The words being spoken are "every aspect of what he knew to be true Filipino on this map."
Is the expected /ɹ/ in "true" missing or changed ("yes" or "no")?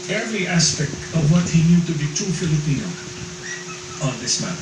yes